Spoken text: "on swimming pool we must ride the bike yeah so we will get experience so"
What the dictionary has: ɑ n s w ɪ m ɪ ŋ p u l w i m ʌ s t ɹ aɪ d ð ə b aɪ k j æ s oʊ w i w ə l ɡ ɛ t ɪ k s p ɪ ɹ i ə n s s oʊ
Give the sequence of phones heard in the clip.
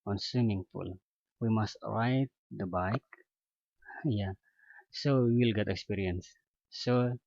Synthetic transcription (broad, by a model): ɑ n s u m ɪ ŋ f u l w i m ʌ s t ɹ aɪ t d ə b aɪ k j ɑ s oʊ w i w ə l ɡ ɛ t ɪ k s p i ɹ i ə n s s oʊ